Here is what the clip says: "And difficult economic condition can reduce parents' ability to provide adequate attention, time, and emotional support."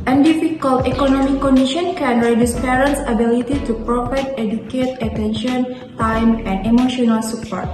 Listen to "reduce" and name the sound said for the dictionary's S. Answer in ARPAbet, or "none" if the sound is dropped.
S